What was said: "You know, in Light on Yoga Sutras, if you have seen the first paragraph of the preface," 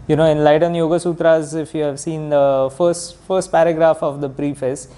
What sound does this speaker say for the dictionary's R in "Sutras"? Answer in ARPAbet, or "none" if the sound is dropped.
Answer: R